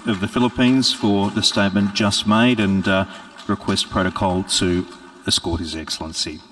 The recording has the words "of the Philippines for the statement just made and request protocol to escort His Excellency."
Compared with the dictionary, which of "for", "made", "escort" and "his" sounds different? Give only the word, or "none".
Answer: none